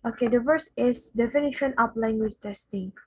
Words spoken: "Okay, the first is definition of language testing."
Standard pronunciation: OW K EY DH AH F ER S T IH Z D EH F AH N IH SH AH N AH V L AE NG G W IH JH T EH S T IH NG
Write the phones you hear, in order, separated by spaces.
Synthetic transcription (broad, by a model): OW K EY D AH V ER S IH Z D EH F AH N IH SH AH N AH P L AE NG G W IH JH T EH S T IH NG